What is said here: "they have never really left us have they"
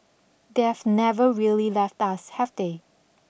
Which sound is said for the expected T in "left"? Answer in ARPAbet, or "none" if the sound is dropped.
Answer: T